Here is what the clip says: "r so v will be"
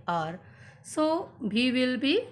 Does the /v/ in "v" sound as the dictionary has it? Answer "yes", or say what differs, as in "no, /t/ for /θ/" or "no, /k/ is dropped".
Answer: no, /b/ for /v/